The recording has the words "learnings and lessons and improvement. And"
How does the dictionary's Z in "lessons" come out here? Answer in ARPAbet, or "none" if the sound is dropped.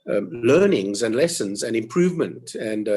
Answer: Z